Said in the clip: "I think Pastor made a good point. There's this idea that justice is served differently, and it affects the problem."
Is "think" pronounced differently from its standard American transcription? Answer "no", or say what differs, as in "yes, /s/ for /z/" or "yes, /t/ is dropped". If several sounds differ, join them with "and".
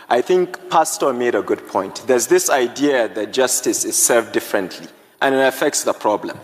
no